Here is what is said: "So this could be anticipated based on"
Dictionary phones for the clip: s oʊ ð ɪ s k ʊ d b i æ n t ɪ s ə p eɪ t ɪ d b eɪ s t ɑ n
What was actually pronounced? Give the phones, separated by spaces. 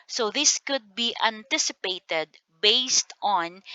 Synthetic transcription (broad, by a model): s oʊ ð ɪ s k ʊ d b i æ n t ɪ s ə p eɪ t ɪ d b eɪ s t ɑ n